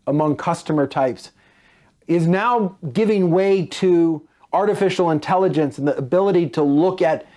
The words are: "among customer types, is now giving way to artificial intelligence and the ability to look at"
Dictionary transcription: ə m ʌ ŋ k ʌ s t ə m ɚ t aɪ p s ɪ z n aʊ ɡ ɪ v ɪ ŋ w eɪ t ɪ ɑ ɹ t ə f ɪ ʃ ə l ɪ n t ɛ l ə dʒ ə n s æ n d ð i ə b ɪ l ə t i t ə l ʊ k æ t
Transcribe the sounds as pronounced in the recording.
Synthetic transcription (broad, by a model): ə m ʌ ŋ k ʌ s t ə m ɚ t aɪ p s ɪ z n aʊ ɡ ɪ v ɪ ŋ w eɪ t ɪ ɑ ɹ t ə f ɪ ʃ l ɪ n t ɛ l ə dʒ ə n s n ð i ə b ɪ l ə t i t ə l ʊ k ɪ t